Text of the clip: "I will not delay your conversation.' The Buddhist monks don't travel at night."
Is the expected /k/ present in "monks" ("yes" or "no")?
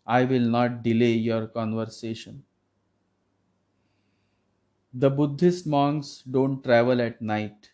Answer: no